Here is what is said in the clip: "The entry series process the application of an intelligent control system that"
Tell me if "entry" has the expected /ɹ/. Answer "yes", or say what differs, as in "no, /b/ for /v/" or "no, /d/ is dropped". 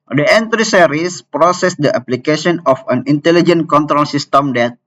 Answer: yes